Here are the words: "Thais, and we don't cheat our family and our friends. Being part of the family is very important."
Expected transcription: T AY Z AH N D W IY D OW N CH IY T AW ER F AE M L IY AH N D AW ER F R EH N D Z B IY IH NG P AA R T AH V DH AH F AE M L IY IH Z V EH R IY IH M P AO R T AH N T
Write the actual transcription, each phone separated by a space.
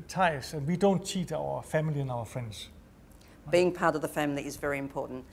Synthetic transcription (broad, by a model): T AY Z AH N W IY D OW N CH IY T AW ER F AE M L IY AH N AW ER F R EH N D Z B IY IH NG P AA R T AH V DH AH F AE M L IY IH Z V EH R IY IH M P AO T N T